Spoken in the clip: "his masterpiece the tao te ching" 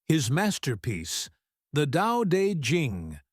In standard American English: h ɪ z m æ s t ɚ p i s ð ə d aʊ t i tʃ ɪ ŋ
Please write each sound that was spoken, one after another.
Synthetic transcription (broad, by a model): h ɪ z m æ s t ɚ p i s ð ə d aʊ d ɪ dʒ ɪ ŋ